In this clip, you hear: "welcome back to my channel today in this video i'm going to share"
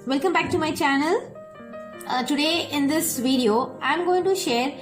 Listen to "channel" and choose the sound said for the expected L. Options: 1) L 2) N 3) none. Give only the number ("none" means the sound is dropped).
1